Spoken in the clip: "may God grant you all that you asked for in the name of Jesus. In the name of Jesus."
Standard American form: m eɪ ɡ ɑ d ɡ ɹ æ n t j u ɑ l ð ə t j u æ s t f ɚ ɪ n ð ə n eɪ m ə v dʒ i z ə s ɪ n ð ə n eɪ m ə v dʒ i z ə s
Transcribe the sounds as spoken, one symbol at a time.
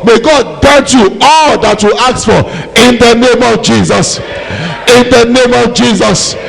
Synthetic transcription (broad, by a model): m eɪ ɡ ɑ d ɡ ɛ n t j u ɑ l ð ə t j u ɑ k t f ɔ ɪ n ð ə n eɪ m ə v dʒ i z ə s ɪ n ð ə n eɪ m ə v dʒ i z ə s